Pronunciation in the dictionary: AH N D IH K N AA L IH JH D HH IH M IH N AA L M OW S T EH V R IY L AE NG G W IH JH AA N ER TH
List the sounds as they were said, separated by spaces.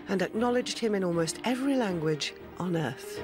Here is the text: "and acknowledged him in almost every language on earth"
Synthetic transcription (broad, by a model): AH N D IH K N AA L IH JH D HH IH M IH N AA L M OW S T EH V R IY L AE NG G W IH JH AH N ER TH